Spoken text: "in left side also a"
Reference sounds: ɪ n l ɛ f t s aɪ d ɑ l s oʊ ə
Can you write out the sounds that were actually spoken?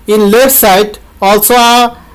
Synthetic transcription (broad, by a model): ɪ n l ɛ t s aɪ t ɑ l s oʊ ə